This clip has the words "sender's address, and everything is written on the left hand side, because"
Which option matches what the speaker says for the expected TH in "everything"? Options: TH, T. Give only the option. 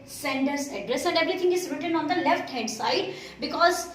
T